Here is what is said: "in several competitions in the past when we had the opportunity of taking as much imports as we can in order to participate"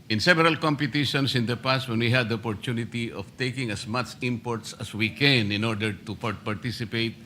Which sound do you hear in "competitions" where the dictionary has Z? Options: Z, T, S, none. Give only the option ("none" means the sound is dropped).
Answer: S